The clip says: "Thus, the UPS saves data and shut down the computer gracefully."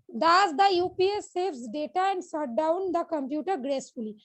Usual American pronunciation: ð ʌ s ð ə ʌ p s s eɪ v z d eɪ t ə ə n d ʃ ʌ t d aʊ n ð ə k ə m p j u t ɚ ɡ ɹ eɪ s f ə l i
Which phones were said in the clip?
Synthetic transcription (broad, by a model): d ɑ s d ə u p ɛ s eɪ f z d eɪ t ə ə n d s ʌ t d aʊ n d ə k ə m p j u t ɚ ɡ ɹ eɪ s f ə l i